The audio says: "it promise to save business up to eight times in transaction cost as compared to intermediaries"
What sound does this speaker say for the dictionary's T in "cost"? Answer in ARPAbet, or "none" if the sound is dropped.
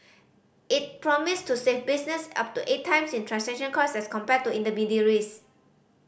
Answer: none